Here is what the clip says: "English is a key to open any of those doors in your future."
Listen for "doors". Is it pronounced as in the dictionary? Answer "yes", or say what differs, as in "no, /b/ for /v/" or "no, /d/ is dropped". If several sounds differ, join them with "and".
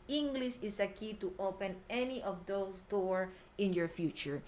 no, /z/ is dropped